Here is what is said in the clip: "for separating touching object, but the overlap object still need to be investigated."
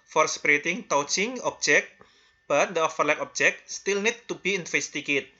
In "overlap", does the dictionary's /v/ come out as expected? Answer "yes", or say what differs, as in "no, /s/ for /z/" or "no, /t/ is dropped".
no, /f/ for /v/